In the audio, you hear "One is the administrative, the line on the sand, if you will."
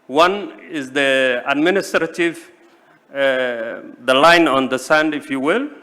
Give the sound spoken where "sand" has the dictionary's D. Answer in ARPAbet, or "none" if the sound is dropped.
D